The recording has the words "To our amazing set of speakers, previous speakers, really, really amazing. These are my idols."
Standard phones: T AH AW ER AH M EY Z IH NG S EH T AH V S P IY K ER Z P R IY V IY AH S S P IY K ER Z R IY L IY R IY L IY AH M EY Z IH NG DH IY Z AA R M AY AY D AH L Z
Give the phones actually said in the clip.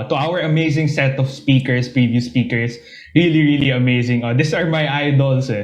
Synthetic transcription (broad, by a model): T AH AW ER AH M EY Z IH NG S EH T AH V S P IY K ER S P R IY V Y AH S S P IY K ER S R IY L IY R IY L IY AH M EY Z IH NG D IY S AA R M AY AY D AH L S